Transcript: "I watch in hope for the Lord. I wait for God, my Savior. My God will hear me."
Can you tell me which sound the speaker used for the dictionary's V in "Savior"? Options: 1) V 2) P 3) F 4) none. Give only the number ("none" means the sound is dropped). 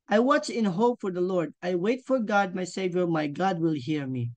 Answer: 1